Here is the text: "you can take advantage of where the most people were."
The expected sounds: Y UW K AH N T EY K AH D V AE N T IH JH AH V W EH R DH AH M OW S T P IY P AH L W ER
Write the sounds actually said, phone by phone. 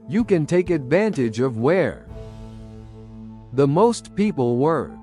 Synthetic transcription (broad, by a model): Y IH K AH N T EY K AH D V AE N T IH JH AH V W EH R DH AH M OW S T P IY P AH L W ER